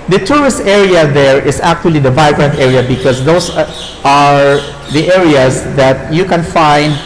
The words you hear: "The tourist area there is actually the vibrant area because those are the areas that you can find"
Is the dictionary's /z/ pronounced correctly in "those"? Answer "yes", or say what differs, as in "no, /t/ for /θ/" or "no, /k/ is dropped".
no, /s/ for /z/